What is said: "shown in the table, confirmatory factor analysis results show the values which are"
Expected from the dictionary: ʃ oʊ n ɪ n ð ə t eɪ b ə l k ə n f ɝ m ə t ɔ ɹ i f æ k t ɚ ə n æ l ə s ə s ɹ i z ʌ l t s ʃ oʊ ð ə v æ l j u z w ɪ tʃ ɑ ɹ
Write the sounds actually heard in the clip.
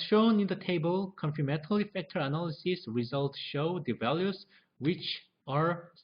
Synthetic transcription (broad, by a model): ʃ oʊ n ɪ n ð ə t eɪ b ə l k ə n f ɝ m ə t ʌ l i f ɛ k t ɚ ə n æ l ə s ə s ɹ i z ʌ l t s ʃ oʊ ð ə v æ l j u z w ɪ tʃ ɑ ɹ